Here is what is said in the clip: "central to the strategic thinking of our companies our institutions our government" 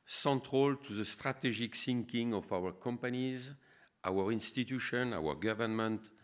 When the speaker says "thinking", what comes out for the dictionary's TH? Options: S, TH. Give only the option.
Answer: S